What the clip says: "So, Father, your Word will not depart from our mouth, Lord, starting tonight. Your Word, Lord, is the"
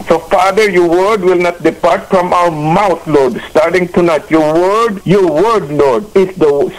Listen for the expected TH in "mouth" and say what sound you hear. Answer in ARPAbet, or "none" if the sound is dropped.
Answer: T